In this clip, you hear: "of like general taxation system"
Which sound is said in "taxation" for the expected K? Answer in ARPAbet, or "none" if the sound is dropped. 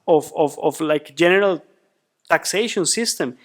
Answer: K